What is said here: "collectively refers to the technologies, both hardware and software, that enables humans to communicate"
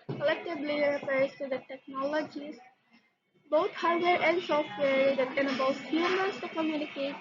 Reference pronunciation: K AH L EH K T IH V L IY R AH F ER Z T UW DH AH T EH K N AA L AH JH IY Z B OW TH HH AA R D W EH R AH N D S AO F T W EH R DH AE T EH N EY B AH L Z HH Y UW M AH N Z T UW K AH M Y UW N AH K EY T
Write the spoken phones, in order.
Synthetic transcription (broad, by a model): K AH L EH K T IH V L IY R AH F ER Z T UW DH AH T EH K N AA L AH JH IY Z B OW T HH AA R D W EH R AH N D S AO F T W EH R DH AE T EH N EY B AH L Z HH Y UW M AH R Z T UW K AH M Y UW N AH K EY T